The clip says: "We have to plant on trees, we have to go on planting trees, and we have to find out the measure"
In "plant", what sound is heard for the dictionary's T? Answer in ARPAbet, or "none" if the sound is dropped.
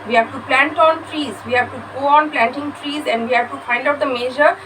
T